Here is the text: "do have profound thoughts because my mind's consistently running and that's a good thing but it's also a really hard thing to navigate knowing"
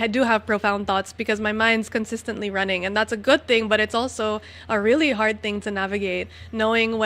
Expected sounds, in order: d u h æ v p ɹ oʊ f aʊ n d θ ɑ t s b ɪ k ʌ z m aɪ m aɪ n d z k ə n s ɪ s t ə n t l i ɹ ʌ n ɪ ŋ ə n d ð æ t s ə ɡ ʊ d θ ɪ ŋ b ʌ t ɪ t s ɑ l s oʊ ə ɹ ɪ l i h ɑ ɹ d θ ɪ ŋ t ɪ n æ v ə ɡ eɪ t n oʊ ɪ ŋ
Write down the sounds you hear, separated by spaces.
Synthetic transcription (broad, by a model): d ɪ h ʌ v p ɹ oʊ f aʊ n θ ɑ t s b ɪ k ʌ z m aɪ m aɪ n d z k ə n s ɪ s t ə n t l i ɹ ʌ n ɪ ŋ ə n ð æ t s ə ɡ ʊ d θ ɪ ŋ b ʌ t ɪ t s ɑ l s oʊ ə ɹ ɪ l i h ɑ ɹ d θ ɪ ŋ t ɪ n æ v ə ɡ eɪ t n oʊ ɪ ŋ